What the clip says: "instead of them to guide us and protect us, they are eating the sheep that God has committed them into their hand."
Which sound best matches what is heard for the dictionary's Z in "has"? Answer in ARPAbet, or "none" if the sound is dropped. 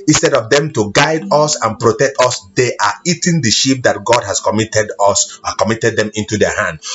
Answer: S